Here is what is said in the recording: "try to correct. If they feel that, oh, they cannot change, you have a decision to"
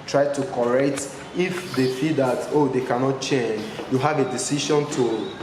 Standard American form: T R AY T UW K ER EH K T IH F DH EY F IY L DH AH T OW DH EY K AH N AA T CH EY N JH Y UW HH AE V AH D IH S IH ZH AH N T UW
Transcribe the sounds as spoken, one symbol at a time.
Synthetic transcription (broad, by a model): T R AY T UW K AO EH K T IH F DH EY F IY L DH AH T OW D EY K AH N AA T CH EY N JH Y UW HH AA V AH D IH S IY SH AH N T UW